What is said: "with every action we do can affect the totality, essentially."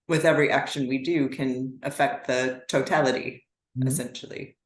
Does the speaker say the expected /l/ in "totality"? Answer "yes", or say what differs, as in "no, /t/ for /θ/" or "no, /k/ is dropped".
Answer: yes